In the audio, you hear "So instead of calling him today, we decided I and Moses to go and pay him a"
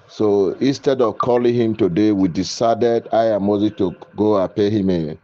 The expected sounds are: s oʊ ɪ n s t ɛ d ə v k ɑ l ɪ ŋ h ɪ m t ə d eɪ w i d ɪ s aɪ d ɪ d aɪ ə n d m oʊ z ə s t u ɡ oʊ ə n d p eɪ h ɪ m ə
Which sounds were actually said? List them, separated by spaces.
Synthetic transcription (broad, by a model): s oʊ ɪ n s t ɛ d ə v k ɑ l ɪ ŋ h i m t ə d eɪ w i d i s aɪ d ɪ d aɪ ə m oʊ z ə t u ɡ oʊ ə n p eɪ h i m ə